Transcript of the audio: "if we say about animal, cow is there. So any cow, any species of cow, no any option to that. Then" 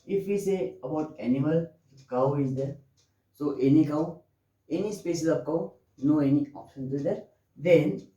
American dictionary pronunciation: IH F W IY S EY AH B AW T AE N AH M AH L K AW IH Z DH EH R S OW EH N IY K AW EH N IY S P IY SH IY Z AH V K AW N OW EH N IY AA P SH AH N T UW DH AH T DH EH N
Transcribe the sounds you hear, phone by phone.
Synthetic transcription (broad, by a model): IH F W IY S EY AH B AW T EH N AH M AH L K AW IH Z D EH R S OW EH N IY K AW EH N IY S P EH S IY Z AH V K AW N OW EH N IY AA P SH AH N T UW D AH T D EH N